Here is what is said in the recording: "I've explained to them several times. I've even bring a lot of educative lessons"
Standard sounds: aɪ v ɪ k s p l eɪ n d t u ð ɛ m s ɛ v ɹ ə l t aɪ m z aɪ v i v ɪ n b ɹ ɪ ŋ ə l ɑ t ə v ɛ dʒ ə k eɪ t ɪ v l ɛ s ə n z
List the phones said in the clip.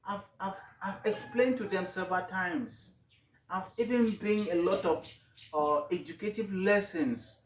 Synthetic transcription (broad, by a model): aɪ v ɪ k s p l eɪ n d t u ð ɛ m s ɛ v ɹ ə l t aɪ m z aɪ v i v ɪ n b ɪ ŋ ə l ɑ t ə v ɛ dʒ ə k eɪ t ɪ v l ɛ s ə n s